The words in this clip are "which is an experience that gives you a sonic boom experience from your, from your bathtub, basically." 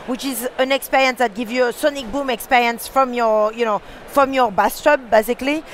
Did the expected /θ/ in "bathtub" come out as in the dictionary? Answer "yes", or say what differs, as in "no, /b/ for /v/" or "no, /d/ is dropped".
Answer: no, /s/ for /θ/